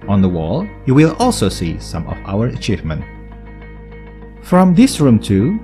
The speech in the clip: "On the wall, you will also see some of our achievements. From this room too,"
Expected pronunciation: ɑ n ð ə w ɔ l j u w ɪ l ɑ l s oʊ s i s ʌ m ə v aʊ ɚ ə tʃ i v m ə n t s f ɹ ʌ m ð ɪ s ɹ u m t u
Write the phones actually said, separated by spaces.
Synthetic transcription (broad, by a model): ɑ n ð ə w ɔ l j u w ɪ l ɑ l s oʊ s i s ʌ m ə v aʊ ɚ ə tʃ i v m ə n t f ɹ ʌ m ð ɪ s ɹ u m t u